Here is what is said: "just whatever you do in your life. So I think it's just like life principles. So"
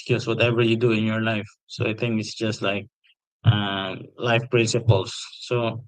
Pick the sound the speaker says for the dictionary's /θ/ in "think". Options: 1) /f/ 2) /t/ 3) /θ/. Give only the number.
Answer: 2